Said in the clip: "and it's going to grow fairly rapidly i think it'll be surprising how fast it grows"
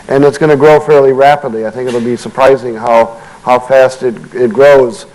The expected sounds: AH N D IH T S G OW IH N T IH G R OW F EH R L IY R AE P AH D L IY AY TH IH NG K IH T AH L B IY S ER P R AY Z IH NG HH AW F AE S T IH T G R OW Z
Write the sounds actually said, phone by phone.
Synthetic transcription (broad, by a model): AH N IH T S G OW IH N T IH G R OW F EH R L IY R AE P AH D L IY AY TH IH NG K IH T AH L B IY S ER P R AY Z IH NG HH AW F AE S T IH T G R OW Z